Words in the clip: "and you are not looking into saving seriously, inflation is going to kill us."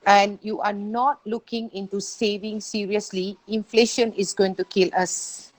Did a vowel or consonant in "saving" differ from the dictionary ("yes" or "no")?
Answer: no